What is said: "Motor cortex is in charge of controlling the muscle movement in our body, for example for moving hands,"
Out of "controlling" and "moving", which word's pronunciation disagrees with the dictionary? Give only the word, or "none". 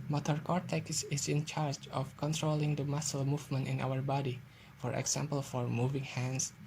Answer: none